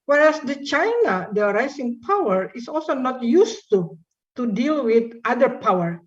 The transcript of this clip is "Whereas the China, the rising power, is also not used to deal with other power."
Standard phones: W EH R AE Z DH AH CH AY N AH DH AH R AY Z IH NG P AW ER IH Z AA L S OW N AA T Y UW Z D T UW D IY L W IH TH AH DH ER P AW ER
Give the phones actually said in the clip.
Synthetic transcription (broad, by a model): W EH R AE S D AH CH AY N AH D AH R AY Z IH NG P AW ER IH S AA L S OW N AA T Y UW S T T UW D IY L W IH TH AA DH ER P AW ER